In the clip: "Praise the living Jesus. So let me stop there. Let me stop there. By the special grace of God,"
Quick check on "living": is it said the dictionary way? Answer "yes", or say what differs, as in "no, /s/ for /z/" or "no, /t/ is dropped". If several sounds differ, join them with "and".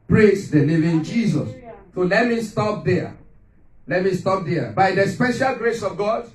no, /n/ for /l/